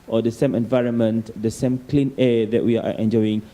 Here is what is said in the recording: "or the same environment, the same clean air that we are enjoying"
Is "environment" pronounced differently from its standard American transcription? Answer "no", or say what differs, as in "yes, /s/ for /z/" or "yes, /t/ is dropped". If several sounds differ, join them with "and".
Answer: no